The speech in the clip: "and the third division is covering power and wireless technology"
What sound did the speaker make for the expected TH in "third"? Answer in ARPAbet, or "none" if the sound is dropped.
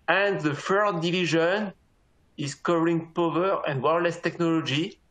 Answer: F